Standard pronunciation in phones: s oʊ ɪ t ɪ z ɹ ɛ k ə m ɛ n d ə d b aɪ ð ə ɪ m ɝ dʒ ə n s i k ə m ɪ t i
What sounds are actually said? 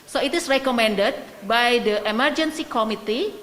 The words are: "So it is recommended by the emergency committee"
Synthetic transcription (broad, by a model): s oʊ ɪ t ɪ s ɹ ɛ k ə m ɛ n d ə d b aɪ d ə ɪ m ɝ dʒ ə n s i k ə m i t i